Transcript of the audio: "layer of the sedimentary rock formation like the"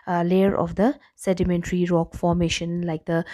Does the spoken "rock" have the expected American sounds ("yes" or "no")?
yes